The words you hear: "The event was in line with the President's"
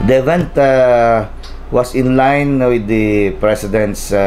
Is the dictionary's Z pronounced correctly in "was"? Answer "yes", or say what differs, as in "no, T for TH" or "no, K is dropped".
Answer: no, S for Z